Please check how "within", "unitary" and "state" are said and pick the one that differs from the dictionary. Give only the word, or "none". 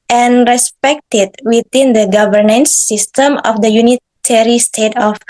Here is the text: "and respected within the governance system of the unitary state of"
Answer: within